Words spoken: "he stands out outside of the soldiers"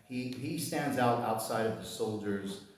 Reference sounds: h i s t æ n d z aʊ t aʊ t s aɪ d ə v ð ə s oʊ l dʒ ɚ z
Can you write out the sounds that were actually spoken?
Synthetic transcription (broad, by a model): h i s t æ n d z aʊ t aʊ t s aɪ d ə v ð ə s oʊ l dʒ ɚ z